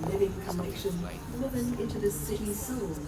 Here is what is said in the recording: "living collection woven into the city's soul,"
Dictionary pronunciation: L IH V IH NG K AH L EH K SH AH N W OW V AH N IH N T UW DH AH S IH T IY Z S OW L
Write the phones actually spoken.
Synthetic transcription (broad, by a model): L IH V IH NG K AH N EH K SH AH N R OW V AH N IH N T UW DH AH S IH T IY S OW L